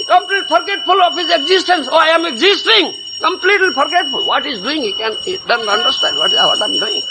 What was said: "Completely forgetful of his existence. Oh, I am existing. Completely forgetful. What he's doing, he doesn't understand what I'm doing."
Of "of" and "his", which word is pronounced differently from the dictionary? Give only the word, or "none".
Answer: of